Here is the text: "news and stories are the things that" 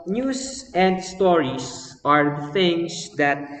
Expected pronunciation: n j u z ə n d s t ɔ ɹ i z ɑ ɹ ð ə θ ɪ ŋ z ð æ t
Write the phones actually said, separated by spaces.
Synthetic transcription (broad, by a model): n j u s ə n d s t ɔ ɹ i s ɑ ɹ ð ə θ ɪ ŋ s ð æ t